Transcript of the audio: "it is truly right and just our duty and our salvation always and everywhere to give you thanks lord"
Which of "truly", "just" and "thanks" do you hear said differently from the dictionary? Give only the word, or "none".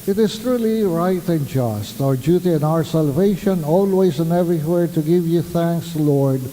none